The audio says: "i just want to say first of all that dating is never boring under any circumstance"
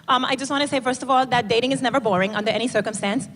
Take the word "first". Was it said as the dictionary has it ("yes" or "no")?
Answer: yes